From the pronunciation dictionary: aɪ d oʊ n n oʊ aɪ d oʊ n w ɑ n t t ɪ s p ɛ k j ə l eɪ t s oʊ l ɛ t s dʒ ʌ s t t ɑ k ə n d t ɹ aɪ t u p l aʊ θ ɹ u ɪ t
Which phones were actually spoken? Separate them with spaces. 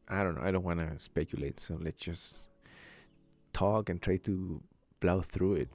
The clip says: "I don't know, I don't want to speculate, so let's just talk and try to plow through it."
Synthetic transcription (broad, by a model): aɪ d oʊ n n oʊ aɪ d oʊ n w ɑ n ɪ s p ɛ k j ə l eɪ t s oʊ l ɛ t s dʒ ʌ s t t ɑ k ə n t ɹ aɪ t u b l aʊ θ ɹ u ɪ t